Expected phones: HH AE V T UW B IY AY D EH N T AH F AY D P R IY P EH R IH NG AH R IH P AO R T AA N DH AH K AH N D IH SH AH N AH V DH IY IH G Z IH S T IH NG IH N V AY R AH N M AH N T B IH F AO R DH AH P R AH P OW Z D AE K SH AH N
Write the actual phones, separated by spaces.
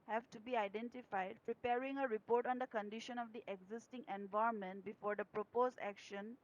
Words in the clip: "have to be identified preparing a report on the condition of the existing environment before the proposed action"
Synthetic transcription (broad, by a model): HH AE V T UW B IY AY D EH N T AH F AY D P R IY P EH R IH NG AH R IH P AO R T AA N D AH K AH N D IH SH AH N AH V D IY IH G Z IH S T IH NG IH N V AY AH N M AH N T B IH F AO R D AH P R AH P OW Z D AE K SH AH N